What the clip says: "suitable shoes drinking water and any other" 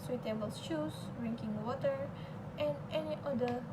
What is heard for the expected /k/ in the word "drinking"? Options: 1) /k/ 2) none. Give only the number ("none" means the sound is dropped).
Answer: 1